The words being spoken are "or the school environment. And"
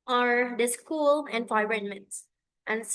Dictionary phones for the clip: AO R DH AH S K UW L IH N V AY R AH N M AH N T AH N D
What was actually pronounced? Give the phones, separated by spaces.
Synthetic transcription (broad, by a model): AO R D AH S K UW L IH N F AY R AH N M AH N T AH N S